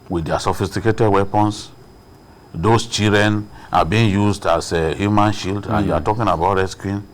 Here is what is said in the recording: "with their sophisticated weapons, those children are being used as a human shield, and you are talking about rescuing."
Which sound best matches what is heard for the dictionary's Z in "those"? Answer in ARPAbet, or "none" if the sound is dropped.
S